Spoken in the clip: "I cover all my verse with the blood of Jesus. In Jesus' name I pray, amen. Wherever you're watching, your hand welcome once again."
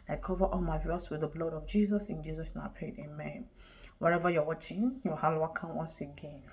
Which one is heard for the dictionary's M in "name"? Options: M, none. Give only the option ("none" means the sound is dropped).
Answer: none